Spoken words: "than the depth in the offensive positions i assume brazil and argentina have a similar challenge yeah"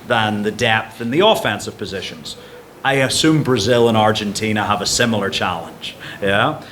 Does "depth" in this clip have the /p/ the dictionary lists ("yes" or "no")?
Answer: yes